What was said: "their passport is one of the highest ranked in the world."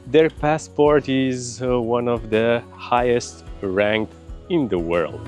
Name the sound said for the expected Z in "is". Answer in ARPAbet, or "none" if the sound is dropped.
Z